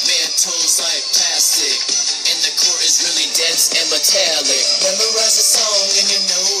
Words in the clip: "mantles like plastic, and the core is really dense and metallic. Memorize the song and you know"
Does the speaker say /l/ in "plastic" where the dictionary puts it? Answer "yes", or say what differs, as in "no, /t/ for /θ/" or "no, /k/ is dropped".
no, /l/ is dropped